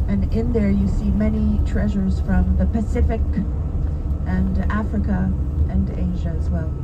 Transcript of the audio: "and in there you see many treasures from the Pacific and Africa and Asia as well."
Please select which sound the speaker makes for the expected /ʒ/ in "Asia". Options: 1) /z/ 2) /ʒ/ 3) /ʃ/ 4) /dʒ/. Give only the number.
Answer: 2